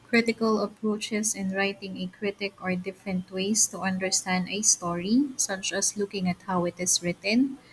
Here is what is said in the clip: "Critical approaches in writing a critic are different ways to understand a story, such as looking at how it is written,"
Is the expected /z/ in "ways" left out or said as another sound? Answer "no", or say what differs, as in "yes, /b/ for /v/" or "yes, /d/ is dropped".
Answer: yes, /s/ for /z/